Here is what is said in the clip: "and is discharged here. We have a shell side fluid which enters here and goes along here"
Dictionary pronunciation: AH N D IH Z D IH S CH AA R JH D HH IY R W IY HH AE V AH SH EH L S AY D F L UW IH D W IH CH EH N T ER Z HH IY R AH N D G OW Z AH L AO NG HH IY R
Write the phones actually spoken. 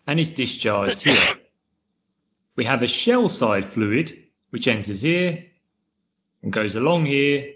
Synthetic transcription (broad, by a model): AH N IH Z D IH S CH AA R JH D HH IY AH W IY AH V AH SH EH L S AY D F L UW IH D W IH CH EH N T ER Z HH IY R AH N G OW Z AH L AO NG HH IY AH